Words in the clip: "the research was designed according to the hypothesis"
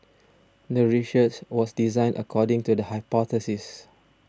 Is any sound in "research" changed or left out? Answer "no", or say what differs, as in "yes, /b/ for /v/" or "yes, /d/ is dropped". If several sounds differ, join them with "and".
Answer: yes, /ʃ/ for /s/